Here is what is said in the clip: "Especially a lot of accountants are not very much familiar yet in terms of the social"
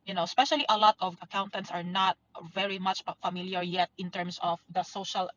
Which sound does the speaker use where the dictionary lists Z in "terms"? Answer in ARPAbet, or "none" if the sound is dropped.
S